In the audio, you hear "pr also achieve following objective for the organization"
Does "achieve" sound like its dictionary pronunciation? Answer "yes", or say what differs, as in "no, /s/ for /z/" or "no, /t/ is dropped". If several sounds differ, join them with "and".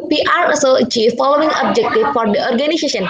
yes